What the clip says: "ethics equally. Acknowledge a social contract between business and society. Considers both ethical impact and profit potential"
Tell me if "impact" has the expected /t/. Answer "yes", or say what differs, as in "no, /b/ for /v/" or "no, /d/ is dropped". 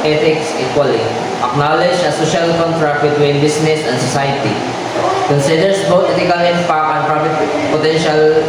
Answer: no, /t/ is dropped